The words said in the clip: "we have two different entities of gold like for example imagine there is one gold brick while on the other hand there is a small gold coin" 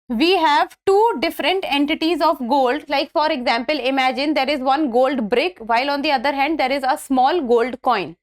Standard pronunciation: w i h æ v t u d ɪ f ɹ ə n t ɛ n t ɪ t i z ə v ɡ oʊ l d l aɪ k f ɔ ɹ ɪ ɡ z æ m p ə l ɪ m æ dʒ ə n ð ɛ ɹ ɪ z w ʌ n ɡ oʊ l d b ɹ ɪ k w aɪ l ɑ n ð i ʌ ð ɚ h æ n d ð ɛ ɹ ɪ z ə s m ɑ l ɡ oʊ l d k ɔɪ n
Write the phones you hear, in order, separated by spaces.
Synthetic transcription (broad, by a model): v i h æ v t u d ɪ f ɹ ə n t ɛ n t ɪ t i z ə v ɡ oʊ l d l aɪ k f ɔ ɹ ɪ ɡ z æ m p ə l ɪ m æ dʒ ə n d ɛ ɹ ɪ z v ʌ n ɡ oʊ l d b ɹ ɪ k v aɪ l ɑ n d i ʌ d ɚ h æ n d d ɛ ɹ ɪ z ə s m ɑ l ɡ oʊ l d k ɔɪ n